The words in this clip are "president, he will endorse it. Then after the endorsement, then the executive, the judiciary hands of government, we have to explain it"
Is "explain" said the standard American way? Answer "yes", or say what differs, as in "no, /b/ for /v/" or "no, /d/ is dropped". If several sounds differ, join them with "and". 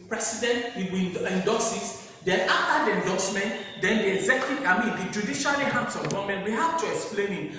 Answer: yes